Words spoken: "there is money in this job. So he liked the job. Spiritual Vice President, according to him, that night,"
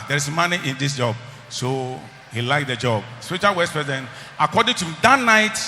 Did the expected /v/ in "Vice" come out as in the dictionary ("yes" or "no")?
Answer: no